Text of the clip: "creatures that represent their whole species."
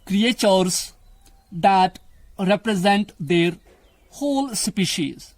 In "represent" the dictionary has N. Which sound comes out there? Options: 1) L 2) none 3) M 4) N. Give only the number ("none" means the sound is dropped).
4